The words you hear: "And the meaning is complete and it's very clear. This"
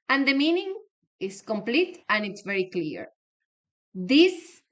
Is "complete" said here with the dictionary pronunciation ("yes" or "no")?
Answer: yes